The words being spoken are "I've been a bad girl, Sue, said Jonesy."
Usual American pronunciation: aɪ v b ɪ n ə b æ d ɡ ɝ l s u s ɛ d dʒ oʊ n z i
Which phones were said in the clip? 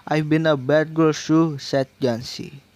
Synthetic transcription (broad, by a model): aɪ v b ɪ n ə b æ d ɡ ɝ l ʃ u s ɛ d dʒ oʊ n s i